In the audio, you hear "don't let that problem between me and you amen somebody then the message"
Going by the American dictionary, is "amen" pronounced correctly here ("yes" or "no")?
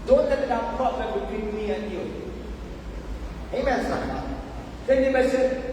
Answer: yes